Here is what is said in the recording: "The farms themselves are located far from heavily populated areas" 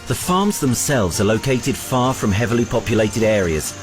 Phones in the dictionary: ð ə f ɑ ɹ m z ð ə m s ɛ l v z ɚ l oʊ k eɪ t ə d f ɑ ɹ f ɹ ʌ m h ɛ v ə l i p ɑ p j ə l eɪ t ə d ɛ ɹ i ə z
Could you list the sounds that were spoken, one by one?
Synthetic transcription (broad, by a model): ð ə f ɑ m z ð ə m s ɛ l v z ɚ l oʊ k eɪ t ə d f ɑ f ɹ ʌ m h ɛ v ə l i p ɑ p j ə l eɪ t ə d ɛ ɹ i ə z